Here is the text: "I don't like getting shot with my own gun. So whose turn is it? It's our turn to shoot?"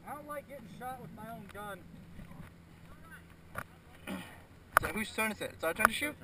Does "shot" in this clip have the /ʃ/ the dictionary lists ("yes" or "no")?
yes